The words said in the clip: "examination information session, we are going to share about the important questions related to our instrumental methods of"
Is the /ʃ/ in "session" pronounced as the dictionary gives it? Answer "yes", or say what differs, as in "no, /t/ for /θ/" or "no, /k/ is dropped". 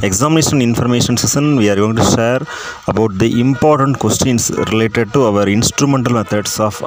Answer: no, /s/ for /ʃ/